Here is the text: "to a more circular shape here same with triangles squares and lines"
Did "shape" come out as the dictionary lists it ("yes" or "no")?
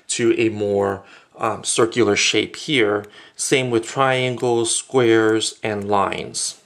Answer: yes